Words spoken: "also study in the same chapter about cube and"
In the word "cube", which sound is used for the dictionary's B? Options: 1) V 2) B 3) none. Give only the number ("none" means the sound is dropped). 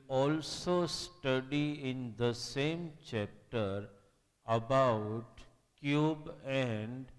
2